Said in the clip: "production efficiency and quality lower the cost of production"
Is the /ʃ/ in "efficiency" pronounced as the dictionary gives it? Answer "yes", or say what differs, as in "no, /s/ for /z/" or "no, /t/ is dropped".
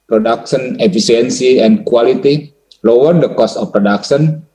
no, /s/ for /ʃ/